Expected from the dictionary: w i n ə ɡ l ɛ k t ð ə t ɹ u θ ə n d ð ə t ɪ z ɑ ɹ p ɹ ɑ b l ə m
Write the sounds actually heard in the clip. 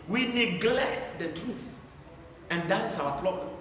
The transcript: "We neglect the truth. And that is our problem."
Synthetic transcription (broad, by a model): w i n ə ɡ l ɛ k t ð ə t ɹ u θ ə n d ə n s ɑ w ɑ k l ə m